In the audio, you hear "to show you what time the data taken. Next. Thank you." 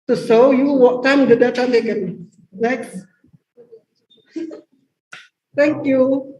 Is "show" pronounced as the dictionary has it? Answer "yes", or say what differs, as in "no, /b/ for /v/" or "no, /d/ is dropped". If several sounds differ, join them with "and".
no, /s/ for /ʃ/